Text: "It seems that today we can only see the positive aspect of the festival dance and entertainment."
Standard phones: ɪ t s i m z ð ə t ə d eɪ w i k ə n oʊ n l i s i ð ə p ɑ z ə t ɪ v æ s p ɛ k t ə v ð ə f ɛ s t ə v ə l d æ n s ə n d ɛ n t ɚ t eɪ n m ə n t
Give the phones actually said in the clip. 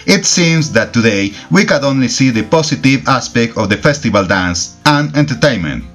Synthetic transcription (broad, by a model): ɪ t s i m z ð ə t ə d eɪ w i k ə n oʊ n l i s i ð ə p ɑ s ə t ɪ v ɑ s p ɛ k t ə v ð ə f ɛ s t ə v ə l d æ n s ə n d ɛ n t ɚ t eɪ n m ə n t